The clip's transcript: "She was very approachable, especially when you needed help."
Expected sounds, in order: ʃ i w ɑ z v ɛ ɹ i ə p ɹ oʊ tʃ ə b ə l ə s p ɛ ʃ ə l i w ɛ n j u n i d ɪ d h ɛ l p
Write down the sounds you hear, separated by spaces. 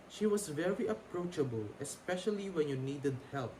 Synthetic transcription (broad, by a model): ʃ i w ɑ s v ɛ ɹ i ə p ɹ oʊ tʃ ə b ə l ə s p ɛ ʃ ə l i w ɛ n j u n i d ɪ d h ɛ l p